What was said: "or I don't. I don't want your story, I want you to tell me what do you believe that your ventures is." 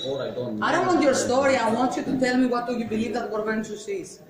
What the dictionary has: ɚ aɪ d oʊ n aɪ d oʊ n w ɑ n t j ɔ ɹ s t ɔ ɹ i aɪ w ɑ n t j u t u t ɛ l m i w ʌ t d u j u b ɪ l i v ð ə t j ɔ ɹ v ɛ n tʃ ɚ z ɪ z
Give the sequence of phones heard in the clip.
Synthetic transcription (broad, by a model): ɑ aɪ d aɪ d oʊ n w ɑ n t j ɔ ɹ s t ɔ ɹ i aɪ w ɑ n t j u t u t ɛ l m i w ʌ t d u j u b ɪ l i v ð ə t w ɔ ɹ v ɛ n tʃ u s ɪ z